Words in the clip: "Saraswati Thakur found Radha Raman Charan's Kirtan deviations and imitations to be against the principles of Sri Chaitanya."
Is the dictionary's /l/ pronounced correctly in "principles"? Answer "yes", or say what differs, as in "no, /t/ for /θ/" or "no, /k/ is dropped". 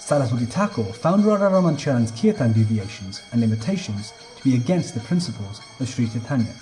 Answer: yes